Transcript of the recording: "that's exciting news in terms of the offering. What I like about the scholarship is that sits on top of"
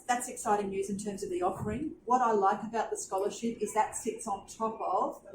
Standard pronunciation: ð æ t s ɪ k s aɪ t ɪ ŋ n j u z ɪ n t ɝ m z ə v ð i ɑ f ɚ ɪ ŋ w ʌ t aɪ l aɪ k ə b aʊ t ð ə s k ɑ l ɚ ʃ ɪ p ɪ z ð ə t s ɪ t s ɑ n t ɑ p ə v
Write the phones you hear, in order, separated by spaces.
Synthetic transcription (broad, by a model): ð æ t s ɪ k s aɪ t ɪ ŋ n j u z ɪ n t ɝ m z ə v ð i ɑ f ɚ ɪ ŋ w ʌ t aɪ l aɪ k ə b aʊ t ð ə s k ɑ l ɚ ʃ ɪ p ɪ z ð ə t s ɪ t s n t ɑ p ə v